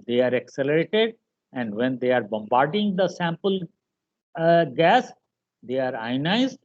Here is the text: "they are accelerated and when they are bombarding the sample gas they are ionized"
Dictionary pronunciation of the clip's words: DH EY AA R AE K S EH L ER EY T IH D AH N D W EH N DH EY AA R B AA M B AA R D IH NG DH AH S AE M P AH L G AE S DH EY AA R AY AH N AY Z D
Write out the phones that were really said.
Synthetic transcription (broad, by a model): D EY AA R AE K S EH L ER EY T IH D AH N D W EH N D EY AA R B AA M B AA R D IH NG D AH S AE M P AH L G AE S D EY AA R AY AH N AY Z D